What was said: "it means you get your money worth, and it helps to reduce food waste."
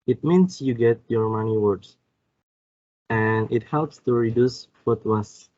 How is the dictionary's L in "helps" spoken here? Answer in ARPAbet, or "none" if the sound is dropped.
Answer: L